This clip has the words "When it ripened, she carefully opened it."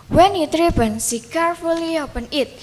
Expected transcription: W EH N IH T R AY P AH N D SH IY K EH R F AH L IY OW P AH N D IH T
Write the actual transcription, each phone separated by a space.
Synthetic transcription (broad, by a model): W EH N IH T R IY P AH N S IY K EH R F AH L IY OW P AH N IH T